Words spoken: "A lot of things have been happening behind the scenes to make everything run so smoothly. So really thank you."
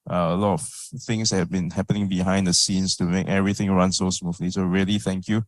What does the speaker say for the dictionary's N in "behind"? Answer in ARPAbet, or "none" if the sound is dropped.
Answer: N